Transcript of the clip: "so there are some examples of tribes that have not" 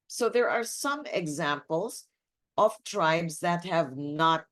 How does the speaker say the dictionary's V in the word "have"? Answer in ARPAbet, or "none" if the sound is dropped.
V